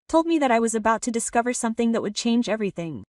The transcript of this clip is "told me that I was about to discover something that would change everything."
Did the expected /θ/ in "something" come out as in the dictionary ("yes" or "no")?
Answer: yes